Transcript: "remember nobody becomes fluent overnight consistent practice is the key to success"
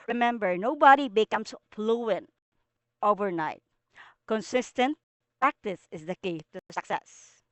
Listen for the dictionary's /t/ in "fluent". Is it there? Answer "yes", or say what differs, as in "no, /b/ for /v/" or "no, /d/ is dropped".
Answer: no, /t/ is dropped